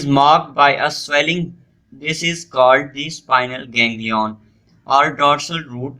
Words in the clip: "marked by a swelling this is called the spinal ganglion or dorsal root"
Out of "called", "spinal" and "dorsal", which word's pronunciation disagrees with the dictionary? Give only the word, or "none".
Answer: none